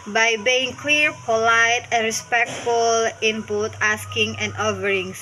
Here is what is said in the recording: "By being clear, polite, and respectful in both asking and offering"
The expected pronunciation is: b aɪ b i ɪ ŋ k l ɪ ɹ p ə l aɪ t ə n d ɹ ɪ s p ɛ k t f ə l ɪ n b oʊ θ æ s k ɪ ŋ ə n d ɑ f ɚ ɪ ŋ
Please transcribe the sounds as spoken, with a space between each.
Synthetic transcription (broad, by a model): b aɪ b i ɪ ŋ k l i ɹ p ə l aɪ t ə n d ɹ ɪ s p ɛ k t f ə l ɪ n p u t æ s k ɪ ŋ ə n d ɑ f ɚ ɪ ŋ